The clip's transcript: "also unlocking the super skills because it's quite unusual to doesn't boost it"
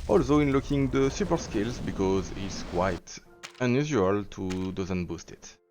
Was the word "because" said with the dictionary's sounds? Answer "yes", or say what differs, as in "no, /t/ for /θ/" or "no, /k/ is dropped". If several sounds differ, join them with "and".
yes